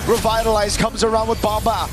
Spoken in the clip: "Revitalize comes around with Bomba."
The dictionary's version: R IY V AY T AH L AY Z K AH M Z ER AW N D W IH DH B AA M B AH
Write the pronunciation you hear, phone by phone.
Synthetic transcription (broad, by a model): R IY V AY T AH L AY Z K AH M Z ER AW N D W IH DH B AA M B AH